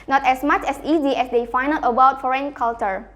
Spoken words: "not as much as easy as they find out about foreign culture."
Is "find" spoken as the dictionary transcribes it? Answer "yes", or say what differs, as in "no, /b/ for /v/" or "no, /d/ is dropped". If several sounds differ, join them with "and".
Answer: no, /d/ is dropped